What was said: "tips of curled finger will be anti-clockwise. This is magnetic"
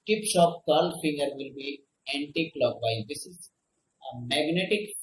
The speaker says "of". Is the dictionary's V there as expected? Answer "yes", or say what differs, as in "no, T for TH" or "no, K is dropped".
no, P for V